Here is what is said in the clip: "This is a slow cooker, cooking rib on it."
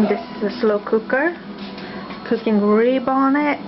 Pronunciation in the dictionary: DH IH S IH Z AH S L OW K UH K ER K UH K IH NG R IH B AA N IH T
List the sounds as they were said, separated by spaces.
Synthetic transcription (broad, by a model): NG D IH S AH S L OW K UH K ER K UH K IH NG R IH B AA N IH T